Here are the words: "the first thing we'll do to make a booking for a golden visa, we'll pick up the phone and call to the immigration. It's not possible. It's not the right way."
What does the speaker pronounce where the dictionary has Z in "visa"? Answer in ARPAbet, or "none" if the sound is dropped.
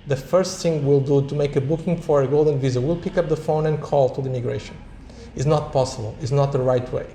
Z